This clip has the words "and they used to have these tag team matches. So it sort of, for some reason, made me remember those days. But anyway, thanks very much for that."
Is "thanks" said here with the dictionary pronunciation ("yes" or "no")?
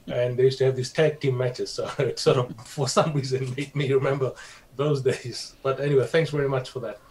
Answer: yes